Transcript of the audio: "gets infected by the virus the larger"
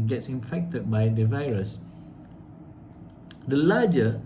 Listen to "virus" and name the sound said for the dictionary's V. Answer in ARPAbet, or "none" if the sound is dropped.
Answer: V